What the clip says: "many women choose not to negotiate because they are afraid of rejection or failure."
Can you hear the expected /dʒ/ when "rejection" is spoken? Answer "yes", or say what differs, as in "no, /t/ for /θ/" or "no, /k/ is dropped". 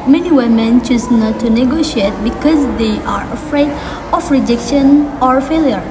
yes